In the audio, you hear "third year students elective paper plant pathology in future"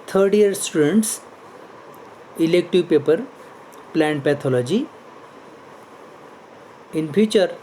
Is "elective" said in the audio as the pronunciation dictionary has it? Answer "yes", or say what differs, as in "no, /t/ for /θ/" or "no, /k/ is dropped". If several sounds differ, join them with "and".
yes